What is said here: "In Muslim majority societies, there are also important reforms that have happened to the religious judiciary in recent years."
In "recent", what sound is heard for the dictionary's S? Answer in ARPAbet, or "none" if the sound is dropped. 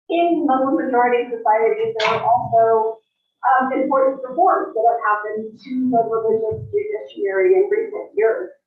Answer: none